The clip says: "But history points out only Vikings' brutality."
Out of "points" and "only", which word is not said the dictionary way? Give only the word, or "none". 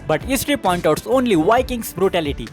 points